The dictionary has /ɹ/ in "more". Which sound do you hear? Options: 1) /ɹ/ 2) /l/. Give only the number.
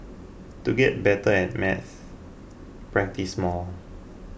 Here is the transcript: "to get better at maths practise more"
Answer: 2